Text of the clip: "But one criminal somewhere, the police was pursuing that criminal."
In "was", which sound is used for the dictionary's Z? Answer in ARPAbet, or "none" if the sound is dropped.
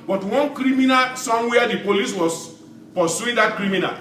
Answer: S